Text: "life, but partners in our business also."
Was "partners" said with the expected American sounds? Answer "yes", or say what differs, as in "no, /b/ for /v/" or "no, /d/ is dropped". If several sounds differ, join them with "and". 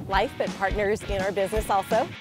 yes